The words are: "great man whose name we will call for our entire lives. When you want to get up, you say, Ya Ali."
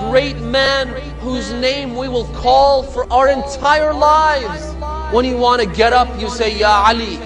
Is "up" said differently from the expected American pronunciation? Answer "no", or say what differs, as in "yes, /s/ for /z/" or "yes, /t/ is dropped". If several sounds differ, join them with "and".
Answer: no